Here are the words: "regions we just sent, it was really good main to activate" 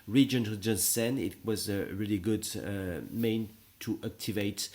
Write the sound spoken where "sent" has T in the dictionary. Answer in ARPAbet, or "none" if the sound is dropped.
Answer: none